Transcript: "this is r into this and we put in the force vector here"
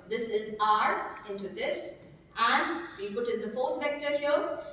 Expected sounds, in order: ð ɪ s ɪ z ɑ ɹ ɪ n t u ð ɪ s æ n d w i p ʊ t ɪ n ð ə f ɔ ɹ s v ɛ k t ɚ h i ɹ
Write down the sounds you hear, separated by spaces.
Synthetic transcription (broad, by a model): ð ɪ s ɪ z ɑ ɹ ɪ n t u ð ɪ s æ n d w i p ʊ t ɪ n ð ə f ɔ l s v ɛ k t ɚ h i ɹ